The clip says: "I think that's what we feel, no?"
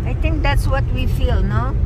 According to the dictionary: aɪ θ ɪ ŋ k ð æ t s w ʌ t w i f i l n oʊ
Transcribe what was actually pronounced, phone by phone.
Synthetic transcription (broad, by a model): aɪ t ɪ ŋ k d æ t s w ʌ t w i f i l n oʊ